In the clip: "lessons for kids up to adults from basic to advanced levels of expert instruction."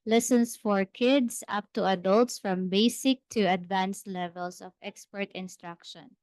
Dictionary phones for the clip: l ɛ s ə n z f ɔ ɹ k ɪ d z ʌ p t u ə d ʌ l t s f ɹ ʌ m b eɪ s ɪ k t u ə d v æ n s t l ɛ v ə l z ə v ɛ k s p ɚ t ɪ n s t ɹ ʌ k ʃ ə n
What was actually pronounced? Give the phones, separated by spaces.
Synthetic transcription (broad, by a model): l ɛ s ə n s f ɔ ɹ k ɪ d s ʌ p t u ə d ʌ l t s f ɹ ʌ m b eɪ s ɪ k t u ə d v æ n s l ɛ v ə l s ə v ɛ k s p ɚ t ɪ n s t ɹ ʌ k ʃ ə n